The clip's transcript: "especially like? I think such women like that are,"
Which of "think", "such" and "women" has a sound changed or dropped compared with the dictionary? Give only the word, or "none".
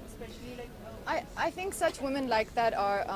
none